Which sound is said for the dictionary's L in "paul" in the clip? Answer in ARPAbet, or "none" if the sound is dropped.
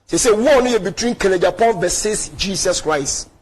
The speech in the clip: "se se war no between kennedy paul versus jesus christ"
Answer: N